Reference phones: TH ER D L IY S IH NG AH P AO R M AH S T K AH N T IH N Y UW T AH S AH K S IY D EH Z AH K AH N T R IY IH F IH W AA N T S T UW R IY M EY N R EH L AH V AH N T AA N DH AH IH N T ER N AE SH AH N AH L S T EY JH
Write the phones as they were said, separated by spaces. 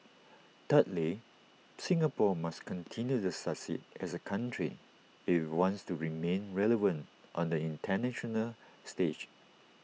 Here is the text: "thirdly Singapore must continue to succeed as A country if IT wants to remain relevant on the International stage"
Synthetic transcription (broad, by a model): T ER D L IY S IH NG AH P AO M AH S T K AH N T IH N Y UW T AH S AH S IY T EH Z AH K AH N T R IY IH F W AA N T S T UW R IY M EY N R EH L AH V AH N T AA N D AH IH N T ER N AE SH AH N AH L S T EY JH